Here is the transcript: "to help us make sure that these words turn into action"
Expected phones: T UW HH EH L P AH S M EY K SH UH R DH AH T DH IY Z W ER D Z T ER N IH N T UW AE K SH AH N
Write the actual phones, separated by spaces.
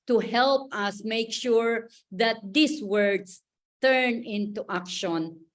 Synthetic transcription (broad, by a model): T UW HH EH L P AH S M EY K SH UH R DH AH T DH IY S W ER D S T ER N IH N T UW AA K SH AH N